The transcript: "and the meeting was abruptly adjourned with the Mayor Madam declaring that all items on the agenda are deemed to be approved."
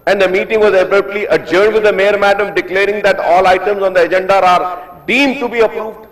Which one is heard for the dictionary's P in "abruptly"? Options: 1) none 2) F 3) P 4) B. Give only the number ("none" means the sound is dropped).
1